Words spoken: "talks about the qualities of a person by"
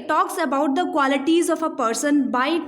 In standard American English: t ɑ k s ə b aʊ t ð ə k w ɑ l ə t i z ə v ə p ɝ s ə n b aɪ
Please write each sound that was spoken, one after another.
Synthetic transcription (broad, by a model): t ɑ k s ə b aʊ t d ə k w ɑ l ə t i z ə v ə p ɝ s ə n b aɪ